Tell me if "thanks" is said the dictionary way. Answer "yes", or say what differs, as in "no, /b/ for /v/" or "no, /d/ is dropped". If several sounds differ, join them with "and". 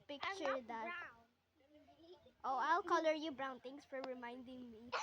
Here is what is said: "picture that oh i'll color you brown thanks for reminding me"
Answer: no, /k/ is dropped